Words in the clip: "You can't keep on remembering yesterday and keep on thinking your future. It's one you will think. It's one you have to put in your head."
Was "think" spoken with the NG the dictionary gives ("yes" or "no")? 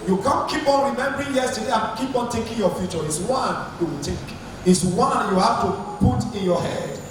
no